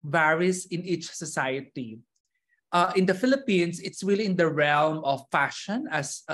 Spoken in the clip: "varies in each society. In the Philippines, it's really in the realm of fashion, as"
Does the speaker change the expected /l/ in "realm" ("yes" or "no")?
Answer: no